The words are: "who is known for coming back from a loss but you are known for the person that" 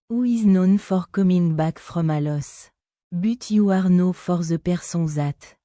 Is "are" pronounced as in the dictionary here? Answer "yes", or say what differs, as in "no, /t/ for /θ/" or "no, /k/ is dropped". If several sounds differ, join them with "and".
yes